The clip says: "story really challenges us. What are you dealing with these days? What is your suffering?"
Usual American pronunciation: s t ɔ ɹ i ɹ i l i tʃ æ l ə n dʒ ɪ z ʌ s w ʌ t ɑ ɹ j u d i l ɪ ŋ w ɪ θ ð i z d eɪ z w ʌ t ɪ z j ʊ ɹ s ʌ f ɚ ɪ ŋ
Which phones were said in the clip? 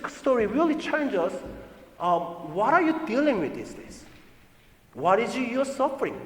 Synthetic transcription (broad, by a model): s t ɔ ɹ i ɹ i l i tʃ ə n dʒ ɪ s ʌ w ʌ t ɑ ɹ j u d i l ɪ ŋ w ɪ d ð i s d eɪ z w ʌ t ɪ z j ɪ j s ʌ f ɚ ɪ ŋ